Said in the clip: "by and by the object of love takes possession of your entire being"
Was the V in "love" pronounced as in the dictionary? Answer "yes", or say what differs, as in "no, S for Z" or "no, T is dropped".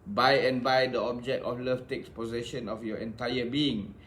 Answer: no, F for V